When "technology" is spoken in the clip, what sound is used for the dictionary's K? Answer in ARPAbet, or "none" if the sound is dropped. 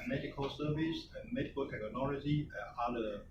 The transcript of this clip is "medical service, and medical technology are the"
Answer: none